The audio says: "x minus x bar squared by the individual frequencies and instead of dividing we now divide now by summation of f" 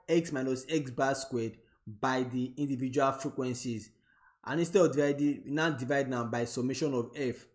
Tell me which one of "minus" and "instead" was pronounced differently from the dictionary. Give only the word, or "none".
instead